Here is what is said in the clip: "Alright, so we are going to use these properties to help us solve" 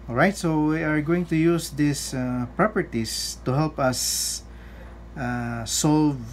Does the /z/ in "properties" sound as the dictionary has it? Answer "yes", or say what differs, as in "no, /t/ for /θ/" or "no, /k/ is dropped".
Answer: no, /s/ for /z/